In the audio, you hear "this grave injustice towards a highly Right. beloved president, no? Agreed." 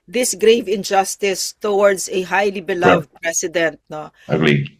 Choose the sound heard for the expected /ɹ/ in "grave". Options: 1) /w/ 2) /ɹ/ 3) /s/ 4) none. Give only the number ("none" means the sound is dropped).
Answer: 2